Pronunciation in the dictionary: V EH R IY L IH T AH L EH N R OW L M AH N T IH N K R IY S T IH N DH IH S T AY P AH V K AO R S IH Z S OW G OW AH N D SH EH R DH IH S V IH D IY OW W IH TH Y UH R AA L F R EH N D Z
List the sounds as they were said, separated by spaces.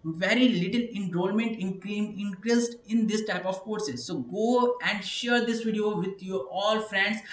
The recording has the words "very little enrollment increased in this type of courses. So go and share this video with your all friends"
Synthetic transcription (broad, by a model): V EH R IY L IH T AH L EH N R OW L M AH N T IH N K R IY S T IH N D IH S T AY P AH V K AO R S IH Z S OW G OW AH N D SH EH R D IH S V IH D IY OW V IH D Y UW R AA L F R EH N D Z